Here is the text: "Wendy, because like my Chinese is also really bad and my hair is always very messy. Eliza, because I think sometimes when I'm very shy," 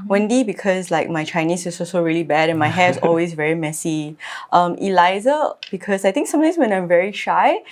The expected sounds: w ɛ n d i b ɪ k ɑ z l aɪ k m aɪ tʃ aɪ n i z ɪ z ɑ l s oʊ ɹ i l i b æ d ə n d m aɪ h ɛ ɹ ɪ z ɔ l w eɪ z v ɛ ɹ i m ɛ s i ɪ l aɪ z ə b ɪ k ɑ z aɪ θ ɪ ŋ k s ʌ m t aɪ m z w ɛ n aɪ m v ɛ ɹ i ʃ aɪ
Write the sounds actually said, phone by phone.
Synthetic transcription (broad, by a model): w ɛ n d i b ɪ k ɑ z l aɪ k m aɪ tʃ aɪ n i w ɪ s ɑ l s oʊ ɹ i l i b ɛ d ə n m aɪ h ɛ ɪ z ɔ l w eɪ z v ɛ ɹ i m ɛ s i ɪ l aɪ z ə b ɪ k ɑ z aɪ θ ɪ ŋ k s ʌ m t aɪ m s w ɛ n aɪ m v ɛ ɹ i ʃ aɪ